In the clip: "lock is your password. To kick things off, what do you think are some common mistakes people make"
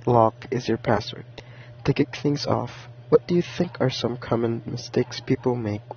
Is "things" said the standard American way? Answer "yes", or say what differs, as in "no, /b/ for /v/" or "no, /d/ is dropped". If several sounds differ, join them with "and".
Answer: yes